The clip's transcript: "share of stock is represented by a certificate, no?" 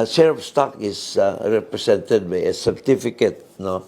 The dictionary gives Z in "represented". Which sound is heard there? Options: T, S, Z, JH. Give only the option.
S